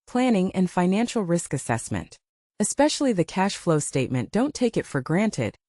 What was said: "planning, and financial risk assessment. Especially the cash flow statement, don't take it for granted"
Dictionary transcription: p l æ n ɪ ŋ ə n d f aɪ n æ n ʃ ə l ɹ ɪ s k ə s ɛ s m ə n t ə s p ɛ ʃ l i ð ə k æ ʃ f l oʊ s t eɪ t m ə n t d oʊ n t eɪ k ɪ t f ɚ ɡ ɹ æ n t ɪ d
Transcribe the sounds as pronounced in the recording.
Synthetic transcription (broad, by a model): p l æ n ɪ ŋ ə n f aɪ n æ n ʃ l ɹ ɪ s k ə s ɛ s m ə n t ə s p ɛ ʃ l i ð ə k æ ʃ f l oʊ s t eɪ t m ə n d oʊ n t eɪ k ɪ t f ɚ ɡ ɹ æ n t ɪ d